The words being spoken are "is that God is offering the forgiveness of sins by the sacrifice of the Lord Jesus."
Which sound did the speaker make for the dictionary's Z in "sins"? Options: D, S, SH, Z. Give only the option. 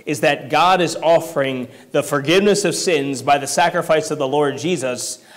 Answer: Z